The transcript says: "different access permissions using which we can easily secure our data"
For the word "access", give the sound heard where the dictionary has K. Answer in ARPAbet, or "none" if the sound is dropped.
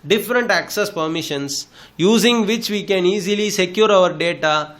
K